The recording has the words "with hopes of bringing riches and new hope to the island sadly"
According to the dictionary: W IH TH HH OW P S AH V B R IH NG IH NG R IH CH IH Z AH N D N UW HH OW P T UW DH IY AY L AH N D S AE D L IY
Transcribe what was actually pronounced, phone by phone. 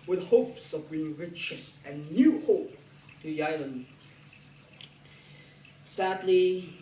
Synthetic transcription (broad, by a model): W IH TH HH OW P S AH V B IY IH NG R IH CH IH S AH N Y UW HH OW P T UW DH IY AY L AH N D S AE D L IY